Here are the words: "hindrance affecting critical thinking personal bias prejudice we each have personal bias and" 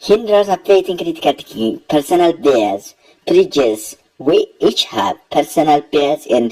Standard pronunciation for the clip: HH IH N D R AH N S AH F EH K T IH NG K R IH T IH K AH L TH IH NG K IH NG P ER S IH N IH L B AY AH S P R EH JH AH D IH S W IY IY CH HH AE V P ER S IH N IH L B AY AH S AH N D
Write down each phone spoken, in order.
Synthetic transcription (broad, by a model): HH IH N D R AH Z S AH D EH T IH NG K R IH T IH K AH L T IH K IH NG P ER S IH N IH L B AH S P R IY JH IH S W IY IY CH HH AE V P ER S IH N IH L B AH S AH N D